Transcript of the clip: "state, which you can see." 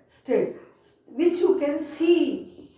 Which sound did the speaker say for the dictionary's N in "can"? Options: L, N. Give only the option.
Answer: N